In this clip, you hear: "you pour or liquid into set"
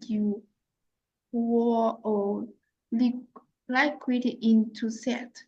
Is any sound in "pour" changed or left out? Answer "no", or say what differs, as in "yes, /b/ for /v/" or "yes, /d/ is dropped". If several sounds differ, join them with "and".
yes, /l/ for /ɹ/